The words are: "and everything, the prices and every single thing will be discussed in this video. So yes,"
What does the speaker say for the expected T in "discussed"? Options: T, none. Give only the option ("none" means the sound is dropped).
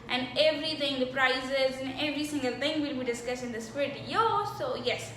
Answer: none